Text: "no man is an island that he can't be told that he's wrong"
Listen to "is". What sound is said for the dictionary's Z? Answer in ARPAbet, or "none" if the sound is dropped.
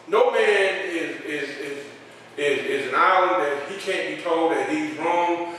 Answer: Z